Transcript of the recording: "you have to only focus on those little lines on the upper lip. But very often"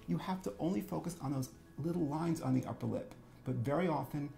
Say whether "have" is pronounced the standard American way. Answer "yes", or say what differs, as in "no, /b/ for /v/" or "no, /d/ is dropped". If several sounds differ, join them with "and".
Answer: no, /f/ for /v/